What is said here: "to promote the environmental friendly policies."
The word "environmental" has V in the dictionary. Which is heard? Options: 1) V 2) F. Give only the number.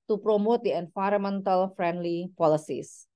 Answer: 2